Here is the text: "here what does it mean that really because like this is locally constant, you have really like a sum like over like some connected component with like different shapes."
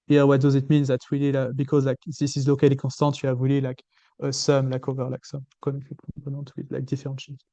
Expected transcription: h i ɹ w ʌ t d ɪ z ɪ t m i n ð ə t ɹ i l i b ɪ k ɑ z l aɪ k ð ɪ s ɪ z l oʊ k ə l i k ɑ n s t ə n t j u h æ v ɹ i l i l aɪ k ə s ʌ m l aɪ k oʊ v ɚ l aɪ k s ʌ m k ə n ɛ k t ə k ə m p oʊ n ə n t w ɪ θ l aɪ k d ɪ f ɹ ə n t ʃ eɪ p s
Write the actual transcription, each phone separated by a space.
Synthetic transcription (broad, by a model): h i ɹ w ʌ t d ɪ z ɪ t m i n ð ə t w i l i b ɪ k ɑ z l aɪ k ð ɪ s ɪ z l oʊ k ə l i k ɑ s t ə t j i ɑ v w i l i l aɪ k ə s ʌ m l aɪ k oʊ v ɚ l aɪ k s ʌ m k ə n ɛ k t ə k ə p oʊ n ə t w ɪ l aɪ k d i f ɹ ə t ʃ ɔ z